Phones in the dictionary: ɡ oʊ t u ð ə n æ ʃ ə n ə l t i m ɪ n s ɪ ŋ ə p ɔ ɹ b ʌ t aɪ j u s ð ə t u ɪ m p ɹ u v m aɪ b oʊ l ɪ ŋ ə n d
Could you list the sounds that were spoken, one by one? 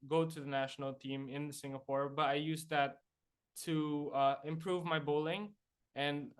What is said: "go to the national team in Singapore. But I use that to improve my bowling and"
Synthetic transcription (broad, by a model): ɡ oʊ t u ð ə n æ ʃ ə n ə l t i m ɪ n s ɪ ŋ ə p ɔ ɹ b ʌ t aɪ j u s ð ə t u ɪ m p ɹ u v m aɪ b oʊ l ɪ ŋ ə n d